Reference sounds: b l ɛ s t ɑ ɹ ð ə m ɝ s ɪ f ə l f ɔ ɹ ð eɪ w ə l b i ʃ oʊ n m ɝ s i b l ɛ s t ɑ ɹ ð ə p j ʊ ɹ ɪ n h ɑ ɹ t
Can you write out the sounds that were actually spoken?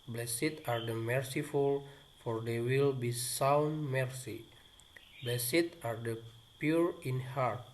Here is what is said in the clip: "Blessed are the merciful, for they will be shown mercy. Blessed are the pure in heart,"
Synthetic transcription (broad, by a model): b l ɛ s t ɑ ɹ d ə m ɝ s ɪ f ə l f ɔ ɹ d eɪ w ə l b i s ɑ n m ɝ s i b l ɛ s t ɑ ɹ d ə p j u ɹ ɪ n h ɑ ɹ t